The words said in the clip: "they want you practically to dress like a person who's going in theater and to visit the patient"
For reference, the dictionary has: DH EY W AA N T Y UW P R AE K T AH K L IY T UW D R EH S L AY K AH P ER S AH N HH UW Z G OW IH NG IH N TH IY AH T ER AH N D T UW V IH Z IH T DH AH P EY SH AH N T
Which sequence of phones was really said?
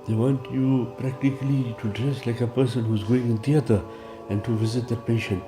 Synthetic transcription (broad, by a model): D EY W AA N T Y UW P R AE K T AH K L IY T UW D R EH S L AY K AH P ER S AH N HH UW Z G OW IH NG IH N T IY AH T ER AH N T UW V IH Z IH T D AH P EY SH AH N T